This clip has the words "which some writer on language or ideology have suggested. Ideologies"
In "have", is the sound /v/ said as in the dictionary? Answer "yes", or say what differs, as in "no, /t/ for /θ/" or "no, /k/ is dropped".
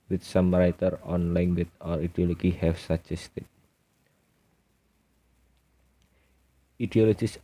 no, /f/ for /v/